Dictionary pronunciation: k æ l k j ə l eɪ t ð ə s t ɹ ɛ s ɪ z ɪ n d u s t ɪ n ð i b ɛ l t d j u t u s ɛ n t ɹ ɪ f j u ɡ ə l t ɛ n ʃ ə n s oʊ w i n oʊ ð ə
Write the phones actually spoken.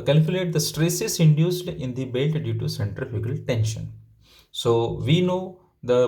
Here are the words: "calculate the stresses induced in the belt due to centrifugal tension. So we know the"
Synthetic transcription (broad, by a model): k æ l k j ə l eɪ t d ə s t ɹ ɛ s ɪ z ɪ n d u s t ɪ n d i b ɛ l t d j u t u s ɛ n t ɹ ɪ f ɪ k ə l t ɛ n ʃ ə n s oʊ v i n oʊ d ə